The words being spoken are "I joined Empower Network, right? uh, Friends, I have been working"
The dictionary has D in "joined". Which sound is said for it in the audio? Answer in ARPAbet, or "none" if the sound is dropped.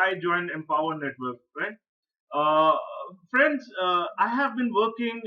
D